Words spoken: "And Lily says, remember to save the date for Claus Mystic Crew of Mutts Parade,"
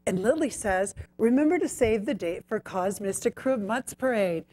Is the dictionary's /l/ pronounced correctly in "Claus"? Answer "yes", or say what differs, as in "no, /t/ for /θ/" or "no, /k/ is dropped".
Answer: no, /l/ is dropped